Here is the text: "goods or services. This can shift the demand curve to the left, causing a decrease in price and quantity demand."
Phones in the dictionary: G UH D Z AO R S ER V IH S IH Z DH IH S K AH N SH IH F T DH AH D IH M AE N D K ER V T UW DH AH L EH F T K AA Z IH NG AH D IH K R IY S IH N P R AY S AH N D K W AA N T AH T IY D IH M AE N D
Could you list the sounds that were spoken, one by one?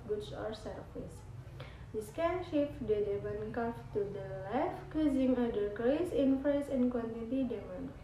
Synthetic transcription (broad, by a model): G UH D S AO R S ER F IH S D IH S K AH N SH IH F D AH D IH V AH N K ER F T UW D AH L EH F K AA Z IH NG AH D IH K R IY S IH N F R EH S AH N K W AA N T AH T IY D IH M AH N